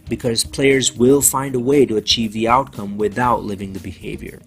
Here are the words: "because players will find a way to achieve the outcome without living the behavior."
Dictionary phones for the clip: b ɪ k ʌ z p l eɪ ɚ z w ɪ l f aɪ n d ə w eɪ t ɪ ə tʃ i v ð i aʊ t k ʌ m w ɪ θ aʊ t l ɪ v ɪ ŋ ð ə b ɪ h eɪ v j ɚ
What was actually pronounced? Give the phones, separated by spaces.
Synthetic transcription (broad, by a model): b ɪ k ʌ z p l eɪ ɚ z w ɪ l f aɪ n d ə w eɪ t ɪ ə tʃ i v ð i aʊ t k ʌ m w ɪ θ aʊ t l ɪ v ɪ ŋ ð ə b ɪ h eɪ v j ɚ